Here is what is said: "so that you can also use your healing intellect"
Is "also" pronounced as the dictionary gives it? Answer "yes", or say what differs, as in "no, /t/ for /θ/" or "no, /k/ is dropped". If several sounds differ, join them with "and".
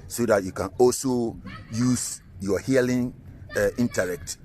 yes